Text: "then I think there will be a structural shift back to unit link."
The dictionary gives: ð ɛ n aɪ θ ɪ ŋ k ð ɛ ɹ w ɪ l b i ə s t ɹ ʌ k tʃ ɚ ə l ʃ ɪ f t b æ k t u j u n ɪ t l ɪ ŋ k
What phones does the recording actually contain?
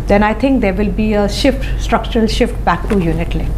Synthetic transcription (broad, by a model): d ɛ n aɪ t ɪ ŋ k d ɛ ɹ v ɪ l b i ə s t ɹ ʌ k tʃ ɚ ə l ʃ ɪ f t b æ k t u j u n ɪ t l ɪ